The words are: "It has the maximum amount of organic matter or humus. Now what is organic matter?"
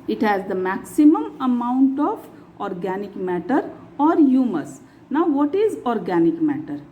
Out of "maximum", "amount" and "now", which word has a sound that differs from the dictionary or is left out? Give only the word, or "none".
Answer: none